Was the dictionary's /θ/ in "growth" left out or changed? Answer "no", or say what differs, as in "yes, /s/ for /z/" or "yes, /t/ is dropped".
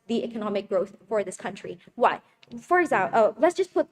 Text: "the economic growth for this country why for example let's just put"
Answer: no